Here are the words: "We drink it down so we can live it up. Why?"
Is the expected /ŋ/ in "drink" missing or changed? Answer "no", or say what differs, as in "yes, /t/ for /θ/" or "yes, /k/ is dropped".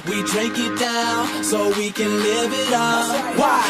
yes, /ŋ/ is dropped